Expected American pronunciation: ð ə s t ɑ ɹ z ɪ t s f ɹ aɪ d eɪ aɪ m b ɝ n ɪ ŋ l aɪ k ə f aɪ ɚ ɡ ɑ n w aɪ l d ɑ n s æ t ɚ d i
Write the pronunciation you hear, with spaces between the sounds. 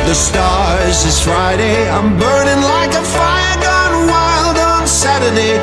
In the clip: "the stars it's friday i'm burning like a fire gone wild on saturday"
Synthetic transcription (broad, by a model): ð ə s t ɑ ɹ z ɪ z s f ɹ aɪ d eɪ aɪ m b ɝ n ɪ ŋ l aɪ k ə f aɪ ɚ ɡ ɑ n w aɪ l d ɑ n s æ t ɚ d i